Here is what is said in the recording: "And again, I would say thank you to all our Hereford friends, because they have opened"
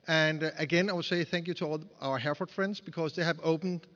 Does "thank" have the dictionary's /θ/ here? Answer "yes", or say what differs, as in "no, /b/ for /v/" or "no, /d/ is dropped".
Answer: yes